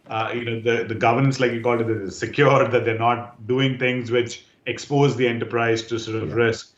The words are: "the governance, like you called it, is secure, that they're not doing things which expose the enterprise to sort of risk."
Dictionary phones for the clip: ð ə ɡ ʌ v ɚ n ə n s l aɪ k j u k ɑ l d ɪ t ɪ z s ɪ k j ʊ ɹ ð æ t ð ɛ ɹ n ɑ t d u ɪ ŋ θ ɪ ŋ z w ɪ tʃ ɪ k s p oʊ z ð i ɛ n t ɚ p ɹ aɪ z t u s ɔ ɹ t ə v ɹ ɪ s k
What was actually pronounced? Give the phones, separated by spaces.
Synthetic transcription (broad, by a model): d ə ɡ ʌ v ɚ n ə n s l aɪ k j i k ɑ l d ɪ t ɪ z s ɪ k j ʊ ɹ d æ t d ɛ ɹ n ɑ t d u ɪ ŋ t ɪ ŋ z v ɪ tʃ ɪ k s p oʊ z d i ɛ n t ɚ p ɹ aɪ z t u s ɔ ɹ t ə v ɹ ɪ s k